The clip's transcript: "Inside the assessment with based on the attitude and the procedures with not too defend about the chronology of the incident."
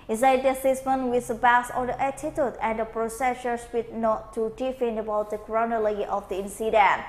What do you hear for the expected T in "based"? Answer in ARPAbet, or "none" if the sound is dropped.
none